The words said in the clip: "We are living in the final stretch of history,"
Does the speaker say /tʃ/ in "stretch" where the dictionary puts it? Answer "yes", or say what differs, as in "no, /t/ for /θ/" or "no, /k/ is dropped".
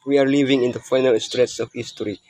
no, /s/ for /tʃ/